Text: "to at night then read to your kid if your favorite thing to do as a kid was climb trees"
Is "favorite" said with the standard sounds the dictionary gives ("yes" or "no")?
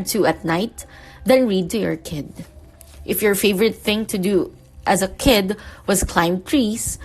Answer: yes